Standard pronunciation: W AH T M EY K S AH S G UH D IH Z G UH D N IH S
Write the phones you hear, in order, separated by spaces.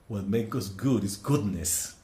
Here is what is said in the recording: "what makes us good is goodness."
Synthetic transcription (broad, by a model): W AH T M EY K AH S G UH D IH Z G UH D N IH S